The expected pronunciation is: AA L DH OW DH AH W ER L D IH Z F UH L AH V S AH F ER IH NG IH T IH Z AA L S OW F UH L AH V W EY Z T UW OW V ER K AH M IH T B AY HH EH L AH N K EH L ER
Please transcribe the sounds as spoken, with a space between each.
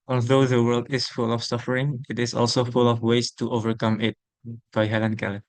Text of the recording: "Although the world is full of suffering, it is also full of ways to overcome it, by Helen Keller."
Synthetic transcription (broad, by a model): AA L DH OW DH AH W ER L D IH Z F UH L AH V S AH F ER IH NG IH T IH Z AA L S OW F UH L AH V W EY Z T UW OW V ER K AH M IH T B AY HH EH L AH N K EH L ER